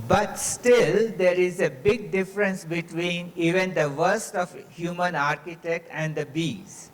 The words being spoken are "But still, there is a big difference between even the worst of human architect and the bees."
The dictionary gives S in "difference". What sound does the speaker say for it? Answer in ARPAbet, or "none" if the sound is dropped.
S